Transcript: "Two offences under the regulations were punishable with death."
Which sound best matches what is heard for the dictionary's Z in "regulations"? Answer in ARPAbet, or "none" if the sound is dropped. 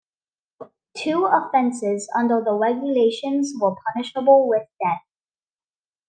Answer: Z